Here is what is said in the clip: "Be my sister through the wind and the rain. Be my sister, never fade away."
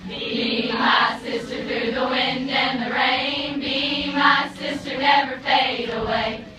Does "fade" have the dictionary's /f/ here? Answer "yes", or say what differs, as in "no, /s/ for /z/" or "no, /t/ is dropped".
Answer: no, /p/ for /f/